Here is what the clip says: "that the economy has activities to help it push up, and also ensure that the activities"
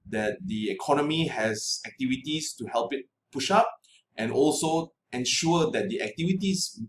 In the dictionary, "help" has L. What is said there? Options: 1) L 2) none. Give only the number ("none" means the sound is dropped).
1